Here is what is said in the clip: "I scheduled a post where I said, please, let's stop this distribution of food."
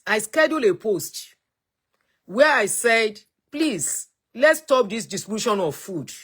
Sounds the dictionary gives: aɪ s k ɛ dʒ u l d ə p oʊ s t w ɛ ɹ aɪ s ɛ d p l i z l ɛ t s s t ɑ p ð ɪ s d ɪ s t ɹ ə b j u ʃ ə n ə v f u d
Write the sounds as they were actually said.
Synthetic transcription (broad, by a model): aɪ s k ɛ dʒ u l ə p oʊ s t w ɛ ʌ aɪ s ɛ d p l i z l ɛ t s s t ɑ p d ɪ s d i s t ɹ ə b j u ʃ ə n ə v f u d